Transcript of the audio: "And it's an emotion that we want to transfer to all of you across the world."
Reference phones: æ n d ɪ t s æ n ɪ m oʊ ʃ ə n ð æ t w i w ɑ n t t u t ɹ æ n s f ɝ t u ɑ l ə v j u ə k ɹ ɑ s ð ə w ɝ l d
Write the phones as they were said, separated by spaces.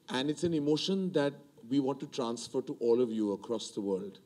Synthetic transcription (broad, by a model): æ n d ɪ t s æ n ɪ m oʊ ʃ ə n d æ t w i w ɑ n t t u t ɹ æ n s f ɝ t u ɑ l ə v j u ə k ɹ ɑ s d ə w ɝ l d